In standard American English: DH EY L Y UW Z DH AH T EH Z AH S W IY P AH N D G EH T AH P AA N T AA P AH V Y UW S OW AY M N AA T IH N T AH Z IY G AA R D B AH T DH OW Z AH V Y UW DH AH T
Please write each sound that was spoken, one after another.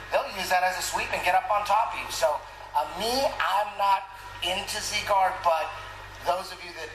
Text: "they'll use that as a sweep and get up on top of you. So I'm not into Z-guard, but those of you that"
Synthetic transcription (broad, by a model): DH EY L Y UW Z DH AH T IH Z AH S W IY P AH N G EH T AH P N T AA P AH V Y UW S OW AY M N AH T IH N T AH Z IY G AA R D B AH T DH OW Z AH V Y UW DH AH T